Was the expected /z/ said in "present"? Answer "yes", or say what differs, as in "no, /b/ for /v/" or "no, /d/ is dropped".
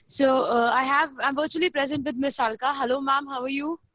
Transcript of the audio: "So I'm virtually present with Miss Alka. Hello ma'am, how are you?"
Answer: yes